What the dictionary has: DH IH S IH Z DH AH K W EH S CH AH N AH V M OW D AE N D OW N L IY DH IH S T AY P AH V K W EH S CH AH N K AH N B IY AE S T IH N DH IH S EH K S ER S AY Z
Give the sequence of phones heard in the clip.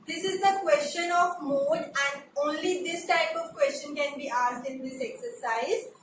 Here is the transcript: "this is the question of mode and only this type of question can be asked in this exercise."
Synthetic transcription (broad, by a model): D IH S IH Z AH K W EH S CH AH N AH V M OW D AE N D OW N L IY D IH S T AY P AH V K W EH S CH AH N K AH N B IY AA S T IH N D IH S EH K S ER S AY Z